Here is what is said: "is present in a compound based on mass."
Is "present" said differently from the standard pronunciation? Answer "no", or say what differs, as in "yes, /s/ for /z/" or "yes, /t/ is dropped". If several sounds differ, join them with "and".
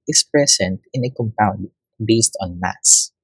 yes, /s/ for /z/